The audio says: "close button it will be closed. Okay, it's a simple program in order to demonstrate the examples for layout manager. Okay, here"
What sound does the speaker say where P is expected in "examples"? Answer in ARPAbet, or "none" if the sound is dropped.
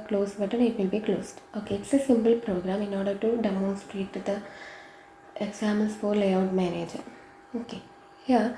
none